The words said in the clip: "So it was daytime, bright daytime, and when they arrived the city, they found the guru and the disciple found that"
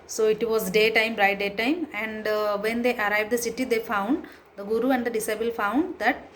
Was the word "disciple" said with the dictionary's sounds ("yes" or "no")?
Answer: no